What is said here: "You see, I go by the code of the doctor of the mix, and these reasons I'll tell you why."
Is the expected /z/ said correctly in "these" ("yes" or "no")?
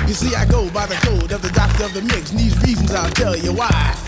yes